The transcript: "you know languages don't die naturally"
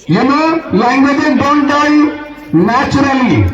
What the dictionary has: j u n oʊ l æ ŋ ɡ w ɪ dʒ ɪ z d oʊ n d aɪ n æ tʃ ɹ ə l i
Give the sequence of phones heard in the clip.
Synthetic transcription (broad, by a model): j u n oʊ l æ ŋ ɡ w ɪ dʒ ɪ d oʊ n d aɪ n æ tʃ ɹ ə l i